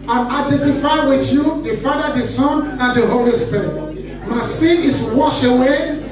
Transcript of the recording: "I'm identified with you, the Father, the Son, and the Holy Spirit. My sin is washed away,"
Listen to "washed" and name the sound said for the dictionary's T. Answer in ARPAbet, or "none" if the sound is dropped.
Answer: none